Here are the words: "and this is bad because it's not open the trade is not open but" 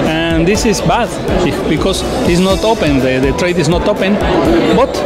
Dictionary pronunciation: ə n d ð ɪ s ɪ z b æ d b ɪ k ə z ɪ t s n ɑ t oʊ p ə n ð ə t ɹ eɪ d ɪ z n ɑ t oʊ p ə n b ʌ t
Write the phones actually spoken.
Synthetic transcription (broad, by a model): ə n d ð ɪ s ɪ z b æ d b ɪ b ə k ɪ s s n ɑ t oʊ p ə n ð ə t ɹ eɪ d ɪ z n ɑ t oʊ p ə n b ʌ t